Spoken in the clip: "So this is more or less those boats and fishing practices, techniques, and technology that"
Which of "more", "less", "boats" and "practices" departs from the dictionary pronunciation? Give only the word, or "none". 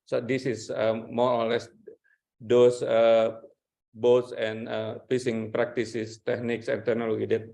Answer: practices